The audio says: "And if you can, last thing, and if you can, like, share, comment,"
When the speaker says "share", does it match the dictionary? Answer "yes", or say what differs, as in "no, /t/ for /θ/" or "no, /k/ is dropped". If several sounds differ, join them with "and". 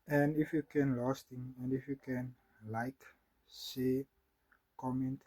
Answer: no, /s/ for /ʃ/